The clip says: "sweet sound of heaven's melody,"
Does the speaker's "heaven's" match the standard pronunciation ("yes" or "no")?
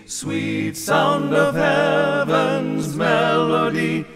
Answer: yes